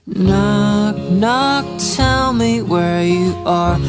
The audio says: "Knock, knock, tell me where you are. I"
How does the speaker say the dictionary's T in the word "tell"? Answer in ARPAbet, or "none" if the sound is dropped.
T